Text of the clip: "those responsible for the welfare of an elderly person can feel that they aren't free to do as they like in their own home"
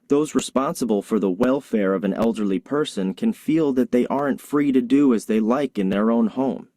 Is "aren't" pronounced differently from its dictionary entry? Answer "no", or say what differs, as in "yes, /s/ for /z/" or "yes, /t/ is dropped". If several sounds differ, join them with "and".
no